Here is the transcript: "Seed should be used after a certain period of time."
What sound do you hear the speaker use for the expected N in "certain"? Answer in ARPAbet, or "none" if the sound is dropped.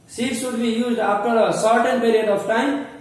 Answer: N